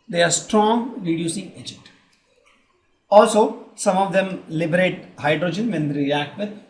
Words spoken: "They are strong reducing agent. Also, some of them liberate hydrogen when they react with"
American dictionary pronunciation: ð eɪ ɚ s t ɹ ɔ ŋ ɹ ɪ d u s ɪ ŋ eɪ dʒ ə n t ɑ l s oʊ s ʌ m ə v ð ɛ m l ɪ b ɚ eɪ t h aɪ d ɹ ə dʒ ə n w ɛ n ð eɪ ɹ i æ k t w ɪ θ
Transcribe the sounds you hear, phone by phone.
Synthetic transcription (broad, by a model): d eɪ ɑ s t ɹ ɔ ŋ ɹ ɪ d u s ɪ ŋ eɪ dʒ ə n t ɑ l s oʊ s ʌ m ə v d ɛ m l ɪ b ɚ eɪ t h aɪ d ɹ ə dʒ ə n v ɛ n ɹ i æ k t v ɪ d